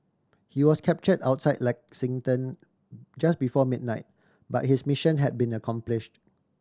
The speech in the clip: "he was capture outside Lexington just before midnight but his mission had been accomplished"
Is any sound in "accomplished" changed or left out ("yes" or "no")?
no